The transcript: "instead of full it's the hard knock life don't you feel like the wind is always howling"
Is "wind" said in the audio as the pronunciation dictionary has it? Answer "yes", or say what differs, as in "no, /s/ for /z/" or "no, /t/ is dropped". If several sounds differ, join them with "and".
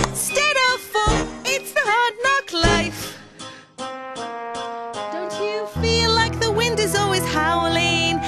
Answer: yes